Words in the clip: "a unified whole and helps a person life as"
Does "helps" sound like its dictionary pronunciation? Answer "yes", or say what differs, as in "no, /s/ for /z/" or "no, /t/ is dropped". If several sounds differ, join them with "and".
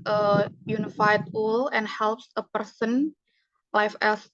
yes